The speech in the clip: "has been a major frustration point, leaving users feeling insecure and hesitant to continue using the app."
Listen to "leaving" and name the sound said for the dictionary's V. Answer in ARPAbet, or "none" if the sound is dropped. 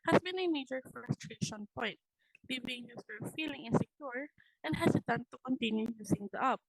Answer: B